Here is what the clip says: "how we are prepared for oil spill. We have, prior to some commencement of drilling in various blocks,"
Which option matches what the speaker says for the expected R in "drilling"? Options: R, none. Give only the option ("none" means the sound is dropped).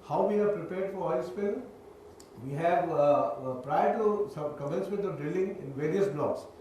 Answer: R